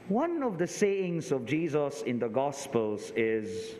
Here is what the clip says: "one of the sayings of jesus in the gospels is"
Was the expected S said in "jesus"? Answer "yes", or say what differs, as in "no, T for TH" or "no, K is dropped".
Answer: yes